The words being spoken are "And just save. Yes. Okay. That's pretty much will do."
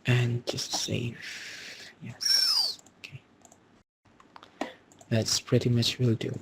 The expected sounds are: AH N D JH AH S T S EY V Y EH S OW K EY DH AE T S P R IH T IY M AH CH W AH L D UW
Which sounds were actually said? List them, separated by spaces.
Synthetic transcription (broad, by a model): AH N JH AH S T S EY F Y EH S OW K EY DH AE T S P R IH T IY M AH CH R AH L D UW